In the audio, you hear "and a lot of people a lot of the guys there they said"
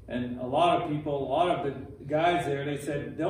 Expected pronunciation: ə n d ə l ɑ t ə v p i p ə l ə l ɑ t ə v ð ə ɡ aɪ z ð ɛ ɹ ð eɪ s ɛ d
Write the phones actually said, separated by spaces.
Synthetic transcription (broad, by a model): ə n ə l ɑ t ə v p i p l l ɑ t ə v ð ə ɡ aɪ z ð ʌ ɹ ð eɪ s ɛ d